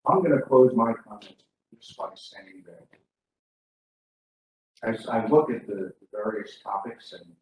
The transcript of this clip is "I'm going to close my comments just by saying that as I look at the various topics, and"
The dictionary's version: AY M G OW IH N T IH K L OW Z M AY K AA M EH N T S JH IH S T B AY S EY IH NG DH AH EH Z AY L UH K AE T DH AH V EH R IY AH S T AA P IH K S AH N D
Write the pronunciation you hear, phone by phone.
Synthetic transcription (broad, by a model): AY M G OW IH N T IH K L OW Z M AY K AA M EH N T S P IH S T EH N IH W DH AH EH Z AY L UH K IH T DH AH V EH R IY AH S T AA P IH K S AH N